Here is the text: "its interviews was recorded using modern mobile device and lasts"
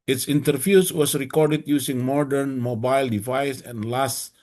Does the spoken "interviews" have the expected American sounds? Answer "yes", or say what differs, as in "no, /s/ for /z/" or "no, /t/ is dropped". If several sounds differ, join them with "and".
no, /s/ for /z/